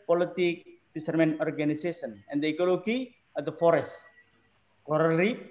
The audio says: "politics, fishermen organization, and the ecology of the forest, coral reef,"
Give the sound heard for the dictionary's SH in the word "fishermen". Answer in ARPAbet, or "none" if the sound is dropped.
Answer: S